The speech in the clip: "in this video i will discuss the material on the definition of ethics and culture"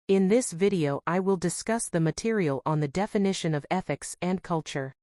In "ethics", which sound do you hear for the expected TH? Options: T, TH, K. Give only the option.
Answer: TH